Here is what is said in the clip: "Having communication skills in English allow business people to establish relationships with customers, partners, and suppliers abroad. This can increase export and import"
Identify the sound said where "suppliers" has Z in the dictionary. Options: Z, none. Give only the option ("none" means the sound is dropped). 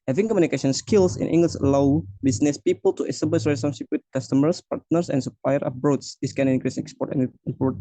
none